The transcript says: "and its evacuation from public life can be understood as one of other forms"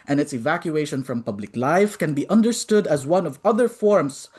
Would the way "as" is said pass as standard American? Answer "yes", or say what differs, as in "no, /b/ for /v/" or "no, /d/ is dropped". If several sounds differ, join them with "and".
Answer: yes